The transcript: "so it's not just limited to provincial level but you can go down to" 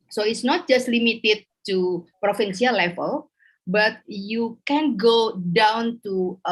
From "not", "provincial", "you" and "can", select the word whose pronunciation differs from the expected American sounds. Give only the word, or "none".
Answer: provincial